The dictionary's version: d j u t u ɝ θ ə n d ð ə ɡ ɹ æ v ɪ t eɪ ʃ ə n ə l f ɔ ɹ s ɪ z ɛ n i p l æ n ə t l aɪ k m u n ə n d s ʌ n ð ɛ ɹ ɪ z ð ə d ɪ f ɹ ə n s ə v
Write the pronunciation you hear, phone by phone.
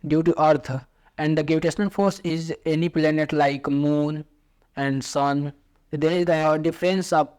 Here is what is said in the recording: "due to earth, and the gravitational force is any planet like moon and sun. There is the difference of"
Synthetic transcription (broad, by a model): d j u t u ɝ ə n d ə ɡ ɛ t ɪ t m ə n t f ɔ ɹ s ɪ z ɛ n i p l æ n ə t l aɪ k m u n ə n d s ʌ n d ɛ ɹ ɪ z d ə d ɪ f ɹ ə n s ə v